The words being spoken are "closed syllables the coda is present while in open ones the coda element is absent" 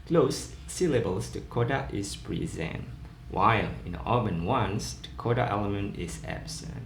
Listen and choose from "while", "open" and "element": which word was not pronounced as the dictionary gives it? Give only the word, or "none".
open